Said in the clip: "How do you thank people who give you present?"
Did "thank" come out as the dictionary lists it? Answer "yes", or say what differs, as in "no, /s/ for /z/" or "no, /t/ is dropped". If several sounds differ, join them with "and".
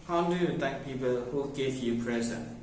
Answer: no, /t/ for /θ/